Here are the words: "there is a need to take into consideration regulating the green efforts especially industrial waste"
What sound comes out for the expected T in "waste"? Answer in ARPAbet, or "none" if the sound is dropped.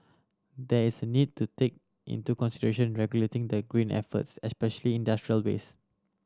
none